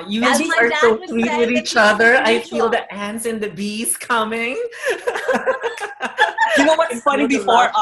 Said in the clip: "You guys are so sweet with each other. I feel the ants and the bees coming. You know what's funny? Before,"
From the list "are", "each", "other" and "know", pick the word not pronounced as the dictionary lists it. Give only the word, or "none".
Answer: none